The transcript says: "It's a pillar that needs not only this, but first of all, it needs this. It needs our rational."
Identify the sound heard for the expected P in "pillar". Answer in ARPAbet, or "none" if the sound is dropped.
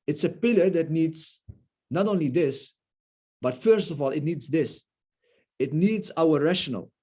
P